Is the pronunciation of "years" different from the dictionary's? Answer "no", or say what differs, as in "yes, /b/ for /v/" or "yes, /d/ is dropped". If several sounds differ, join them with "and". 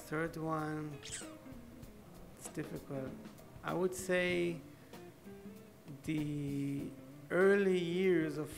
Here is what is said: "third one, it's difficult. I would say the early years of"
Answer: no